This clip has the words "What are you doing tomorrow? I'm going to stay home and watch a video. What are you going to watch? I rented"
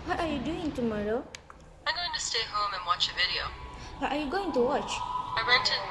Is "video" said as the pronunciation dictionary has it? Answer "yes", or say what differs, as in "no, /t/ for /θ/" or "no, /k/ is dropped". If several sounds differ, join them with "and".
yes